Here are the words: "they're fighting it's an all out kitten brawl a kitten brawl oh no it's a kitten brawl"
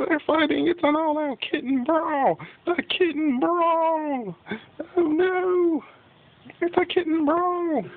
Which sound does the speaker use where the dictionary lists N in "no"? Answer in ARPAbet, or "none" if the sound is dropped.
N